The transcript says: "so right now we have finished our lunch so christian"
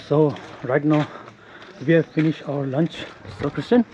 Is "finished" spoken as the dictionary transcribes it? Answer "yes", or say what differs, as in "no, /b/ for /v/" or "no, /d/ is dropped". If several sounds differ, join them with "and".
yes